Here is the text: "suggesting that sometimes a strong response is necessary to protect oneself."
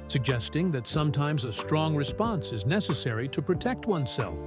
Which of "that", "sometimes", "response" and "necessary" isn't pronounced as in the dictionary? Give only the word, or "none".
none